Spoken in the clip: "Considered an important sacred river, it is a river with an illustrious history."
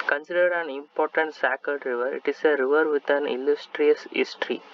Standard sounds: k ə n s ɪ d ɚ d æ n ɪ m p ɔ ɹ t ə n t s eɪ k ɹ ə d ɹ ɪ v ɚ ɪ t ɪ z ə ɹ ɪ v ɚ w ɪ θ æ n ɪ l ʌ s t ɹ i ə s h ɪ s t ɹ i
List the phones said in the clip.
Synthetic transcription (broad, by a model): k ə n s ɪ d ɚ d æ n ɪ m p ɔ ɹ t ə n t s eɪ k ə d ɹ ɪ v ɚ ɪ t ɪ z ə ɹ ɪ v ɚ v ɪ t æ n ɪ l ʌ s t ɹ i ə s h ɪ s t ɹ i